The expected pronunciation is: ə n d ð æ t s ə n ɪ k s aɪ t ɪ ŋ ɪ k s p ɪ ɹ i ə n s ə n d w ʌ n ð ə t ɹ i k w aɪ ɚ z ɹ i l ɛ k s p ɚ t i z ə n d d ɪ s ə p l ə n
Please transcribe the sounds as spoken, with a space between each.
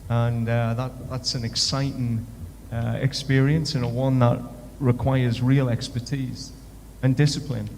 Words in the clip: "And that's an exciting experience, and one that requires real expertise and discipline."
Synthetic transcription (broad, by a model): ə n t ð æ t s ə n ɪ k s aɪ t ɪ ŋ ɪ k s p ɪ ɹ i ə n s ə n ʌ w ʌ n ð ə t ɹ i k w aɪ ɚ z ɹ i l ɛ k s p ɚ t i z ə n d d ɪ s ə p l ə n